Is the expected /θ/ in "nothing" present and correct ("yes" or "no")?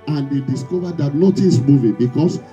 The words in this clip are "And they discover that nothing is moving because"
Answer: no